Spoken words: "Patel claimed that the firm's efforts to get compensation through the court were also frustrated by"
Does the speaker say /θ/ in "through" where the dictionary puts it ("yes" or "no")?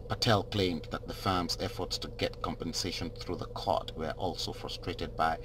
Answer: yes